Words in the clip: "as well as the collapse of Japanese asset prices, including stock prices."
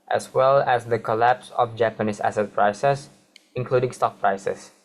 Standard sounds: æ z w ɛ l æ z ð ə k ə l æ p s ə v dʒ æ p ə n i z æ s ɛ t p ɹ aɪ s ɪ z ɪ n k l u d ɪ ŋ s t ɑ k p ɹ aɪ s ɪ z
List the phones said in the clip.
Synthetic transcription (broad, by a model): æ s w ɛ l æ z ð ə k ə l æ p s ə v dʒ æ p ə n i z æ s ɛ t p ɹ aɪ s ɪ s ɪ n k l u d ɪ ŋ s t ɑ k p ɹ aɪ s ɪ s